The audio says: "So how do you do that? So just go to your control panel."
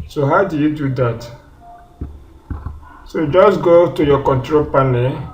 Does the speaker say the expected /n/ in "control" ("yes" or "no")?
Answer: yes